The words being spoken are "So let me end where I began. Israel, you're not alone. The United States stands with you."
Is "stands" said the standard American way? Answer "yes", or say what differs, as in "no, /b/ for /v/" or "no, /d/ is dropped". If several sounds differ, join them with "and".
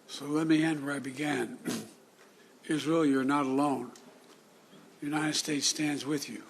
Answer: yes